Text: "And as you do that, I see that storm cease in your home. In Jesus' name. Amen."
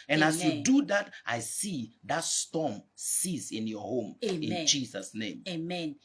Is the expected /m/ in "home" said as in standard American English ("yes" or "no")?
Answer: yes